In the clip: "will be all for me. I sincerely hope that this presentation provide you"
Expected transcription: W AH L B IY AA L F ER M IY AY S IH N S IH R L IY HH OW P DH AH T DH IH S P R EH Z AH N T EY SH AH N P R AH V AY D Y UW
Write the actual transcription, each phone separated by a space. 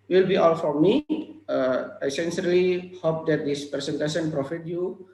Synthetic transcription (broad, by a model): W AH L B IY AA L F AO M IY AY S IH N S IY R L IY HH OW P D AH T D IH S P R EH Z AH N T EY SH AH N P R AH F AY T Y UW